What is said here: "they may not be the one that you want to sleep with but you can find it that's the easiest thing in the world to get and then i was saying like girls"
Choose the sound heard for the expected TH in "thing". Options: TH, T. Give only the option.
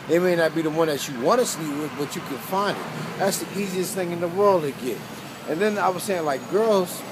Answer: TH